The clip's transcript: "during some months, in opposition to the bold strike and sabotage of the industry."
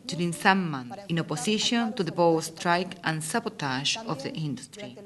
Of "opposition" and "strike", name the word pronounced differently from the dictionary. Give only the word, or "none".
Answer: opposition